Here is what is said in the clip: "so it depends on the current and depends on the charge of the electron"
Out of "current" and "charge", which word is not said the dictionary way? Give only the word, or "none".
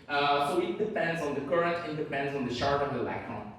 charge